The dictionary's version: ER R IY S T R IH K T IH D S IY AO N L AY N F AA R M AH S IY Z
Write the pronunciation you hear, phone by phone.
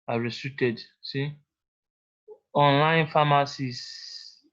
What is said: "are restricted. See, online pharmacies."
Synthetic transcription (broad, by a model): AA R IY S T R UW T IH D S IY AO N L AY N F AA M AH S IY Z